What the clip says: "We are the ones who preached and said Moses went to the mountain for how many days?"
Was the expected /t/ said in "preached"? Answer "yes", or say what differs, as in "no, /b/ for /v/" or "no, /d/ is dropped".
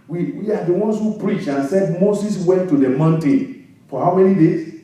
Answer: no, /t/ is dropped